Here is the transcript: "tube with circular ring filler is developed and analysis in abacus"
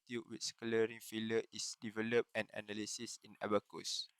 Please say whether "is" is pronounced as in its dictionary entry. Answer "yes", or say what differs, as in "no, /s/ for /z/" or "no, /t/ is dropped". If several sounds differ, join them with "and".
no, /s/ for /z/